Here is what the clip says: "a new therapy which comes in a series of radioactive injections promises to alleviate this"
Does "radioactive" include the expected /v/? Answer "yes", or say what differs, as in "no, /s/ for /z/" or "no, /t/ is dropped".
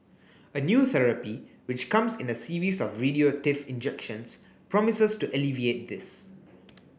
no, /f/ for /v/